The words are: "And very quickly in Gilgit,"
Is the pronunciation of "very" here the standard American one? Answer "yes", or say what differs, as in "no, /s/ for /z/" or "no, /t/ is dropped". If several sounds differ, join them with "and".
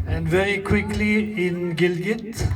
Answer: yes